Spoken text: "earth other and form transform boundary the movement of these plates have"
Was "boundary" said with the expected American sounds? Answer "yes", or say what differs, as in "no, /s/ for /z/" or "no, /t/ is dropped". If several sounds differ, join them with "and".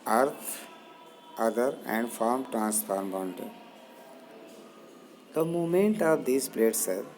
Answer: no, /ɹ/ is dropped